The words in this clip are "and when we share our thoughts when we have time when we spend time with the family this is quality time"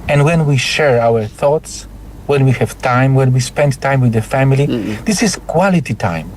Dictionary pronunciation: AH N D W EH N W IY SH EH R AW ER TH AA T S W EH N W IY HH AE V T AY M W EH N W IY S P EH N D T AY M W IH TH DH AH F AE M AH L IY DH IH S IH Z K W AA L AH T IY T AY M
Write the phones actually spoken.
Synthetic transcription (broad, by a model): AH N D W EH N W IY SH EH R AW ER TH AA T S W EH N W IY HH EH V T AY M W EH N W IY S P EH N D T AY M W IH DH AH F AE M AH L IY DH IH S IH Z K W AA L AH T IY T AY M